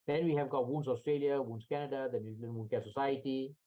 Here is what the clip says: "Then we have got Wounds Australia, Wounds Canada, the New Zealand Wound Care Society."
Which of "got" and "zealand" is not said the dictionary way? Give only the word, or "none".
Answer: zealand